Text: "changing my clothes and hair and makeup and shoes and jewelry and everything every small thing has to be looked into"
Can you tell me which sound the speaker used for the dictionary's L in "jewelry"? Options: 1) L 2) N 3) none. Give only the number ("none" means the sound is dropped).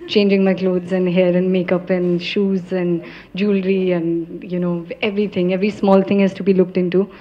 1